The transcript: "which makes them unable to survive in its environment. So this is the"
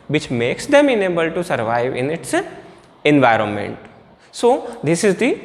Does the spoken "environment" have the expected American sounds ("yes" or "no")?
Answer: yes